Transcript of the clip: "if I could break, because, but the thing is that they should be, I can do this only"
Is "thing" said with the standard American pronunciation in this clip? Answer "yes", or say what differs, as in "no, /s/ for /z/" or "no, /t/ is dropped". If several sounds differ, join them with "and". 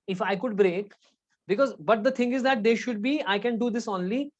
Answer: no, /t/ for /θ/